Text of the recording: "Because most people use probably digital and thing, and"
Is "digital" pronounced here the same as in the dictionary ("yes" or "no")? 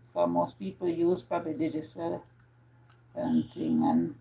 no